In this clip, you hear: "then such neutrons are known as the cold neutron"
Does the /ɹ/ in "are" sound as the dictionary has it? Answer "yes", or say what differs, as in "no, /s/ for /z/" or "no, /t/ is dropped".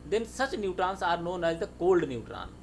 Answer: yes